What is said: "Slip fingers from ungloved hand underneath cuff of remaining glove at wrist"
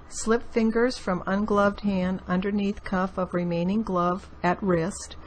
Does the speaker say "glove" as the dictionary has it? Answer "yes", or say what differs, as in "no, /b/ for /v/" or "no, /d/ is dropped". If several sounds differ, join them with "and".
yes